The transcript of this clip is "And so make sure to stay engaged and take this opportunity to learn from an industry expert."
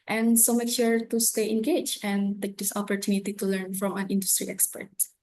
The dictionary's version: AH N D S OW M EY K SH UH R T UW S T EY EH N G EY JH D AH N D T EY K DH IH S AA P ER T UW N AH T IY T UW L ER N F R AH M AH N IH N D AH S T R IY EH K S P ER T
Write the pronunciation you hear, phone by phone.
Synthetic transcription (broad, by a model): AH N S OW M EY K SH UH R T UW S T EY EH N G EY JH AH N T EY K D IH S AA P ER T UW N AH T IY T UW L ER N F R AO M AH N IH N D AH S T R IY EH K S P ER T